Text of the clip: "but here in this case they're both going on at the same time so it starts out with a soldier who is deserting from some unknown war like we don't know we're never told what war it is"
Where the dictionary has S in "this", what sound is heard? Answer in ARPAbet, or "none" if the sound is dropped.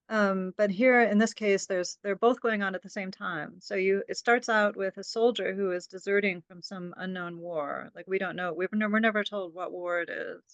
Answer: S